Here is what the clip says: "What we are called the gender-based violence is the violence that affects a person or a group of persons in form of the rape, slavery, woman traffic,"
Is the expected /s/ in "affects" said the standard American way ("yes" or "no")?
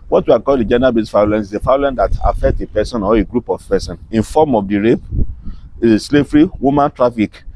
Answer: no